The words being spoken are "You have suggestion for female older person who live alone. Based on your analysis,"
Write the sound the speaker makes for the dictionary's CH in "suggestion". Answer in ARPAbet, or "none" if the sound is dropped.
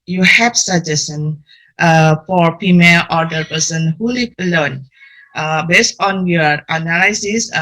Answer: none